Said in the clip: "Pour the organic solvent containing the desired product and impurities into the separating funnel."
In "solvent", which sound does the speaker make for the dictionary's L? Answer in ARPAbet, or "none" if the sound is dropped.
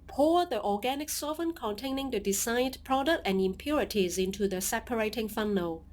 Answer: none